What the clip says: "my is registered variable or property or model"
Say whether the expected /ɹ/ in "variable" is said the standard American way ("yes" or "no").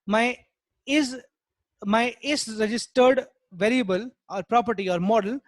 yes